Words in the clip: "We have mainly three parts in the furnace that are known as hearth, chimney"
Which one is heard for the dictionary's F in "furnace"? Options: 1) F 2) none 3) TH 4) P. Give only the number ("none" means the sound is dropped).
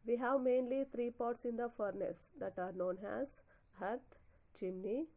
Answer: 1